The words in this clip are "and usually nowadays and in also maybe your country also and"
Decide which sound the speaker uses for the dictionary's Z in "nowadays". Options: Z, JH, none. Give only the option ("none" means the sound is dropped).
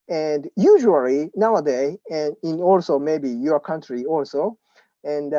none